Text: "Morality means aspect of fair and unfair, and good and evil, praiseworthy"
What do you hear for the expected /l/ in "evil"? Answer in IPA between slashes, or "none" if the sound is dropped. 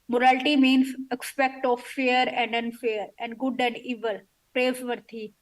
/l/